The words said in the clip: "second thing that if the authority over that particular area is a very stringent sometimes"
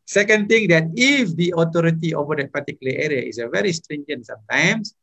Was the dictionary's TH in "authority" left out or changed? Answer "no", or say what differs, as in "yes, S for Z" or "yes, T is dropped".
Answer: yes, T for TH